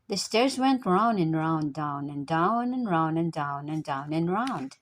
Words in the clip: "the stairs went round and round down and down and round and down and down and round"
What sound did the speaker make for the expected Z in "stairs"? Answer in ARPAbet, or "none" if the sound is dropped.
Z